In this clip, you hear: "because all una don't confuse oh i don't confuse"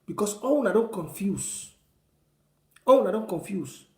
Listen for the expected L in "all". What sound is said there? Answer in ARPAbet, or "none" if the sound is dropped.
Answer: W